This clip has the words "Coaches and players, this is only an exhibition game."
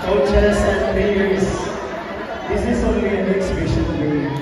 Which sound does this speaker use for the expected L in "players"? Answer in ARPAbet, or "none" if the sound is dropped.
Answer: none